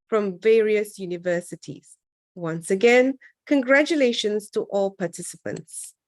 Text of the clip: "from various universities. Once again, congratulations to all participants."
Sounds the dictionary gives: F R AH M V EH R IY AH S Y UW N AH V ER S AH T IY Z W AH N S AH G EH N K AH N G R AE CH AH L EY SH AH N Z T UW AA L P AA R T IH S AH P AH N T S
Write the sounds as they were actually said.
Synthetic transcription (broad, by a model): F R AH M V EH R IY AH S Y UW N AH V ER S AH T IY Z W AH N S AH G EH N K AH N G R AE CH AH L EY SH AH N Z T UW AA L P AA T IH S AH P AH N T S